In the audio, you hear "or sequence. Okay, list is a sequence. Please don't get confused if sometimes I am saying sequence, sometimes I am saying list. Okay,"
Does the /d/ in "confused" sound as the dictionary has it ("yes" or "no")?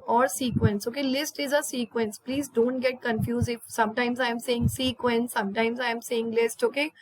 no